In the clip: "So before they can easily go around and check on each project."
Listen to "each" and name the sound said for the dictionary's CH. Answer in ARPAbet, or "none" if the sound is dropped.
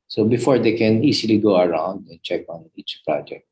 CH